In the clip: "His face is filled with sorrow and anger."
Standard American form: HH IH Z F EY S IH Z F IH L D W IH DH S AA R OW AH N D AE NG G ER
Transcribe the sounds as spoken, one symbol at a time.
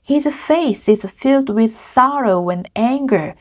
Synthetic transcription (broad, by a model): HH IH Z F EY S IH Z F IH L D W IH DH S AA R OW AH N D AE NG G ER